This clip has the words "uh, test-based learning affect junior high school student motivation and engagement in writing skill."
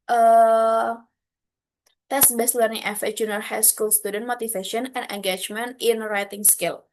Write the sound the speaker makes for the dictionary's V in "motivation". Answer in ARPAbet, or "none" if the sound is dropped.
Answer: F